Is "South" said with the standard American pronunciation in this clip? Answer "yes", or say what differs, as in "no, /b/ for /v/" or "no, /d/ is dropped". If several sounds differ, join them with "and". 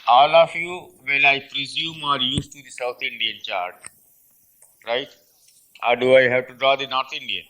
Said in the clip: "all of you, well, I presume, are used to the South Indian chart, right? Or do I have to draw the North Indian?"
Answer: no, /t/ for /θ/